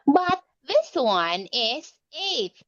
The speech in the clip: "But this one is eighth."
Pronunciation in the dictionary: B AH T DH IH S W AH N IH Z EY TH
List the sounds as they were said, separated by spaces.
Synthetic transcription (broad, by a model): B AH T DH IH S W AH N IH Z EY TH